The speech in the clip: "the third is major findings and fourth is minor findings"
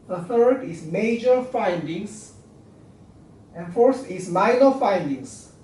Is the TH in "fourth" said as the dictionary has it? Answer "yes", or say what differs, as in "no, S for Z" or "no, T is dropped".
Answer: no, T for TH